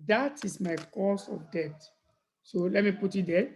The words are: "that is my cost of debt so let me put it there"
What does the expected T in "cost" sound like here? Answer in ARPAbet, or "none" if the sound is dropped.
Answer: none